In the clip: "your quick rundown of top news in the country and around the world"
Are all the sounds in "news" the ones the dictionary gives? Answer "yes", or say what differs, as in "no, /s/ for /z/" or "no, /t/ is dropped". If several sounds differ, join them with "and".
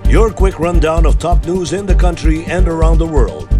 yes